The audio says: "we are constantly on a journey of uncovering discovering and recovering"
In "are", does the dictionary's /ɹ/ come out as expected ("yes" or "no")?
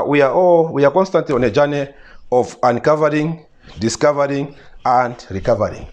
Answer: no